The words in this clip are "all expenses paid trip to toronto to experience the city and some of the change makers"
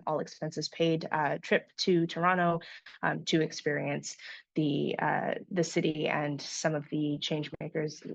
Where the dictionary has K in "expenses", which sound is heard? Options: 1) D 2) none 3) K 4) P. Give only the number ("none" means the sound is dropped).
3